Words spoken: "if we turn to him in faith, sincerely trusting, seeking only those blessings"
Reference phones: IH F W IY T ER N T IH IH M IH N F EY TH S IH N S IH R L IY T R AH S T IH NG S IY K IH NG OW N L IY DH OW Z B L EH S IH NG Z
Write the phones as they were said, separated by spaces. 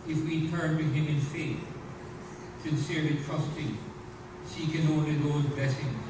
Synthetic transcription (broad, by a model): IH F W IY T ER N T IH IH M IH N F EY TH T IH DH S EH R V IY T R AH S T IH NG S IY K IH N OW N IY DH OW Z B L EH S IH NG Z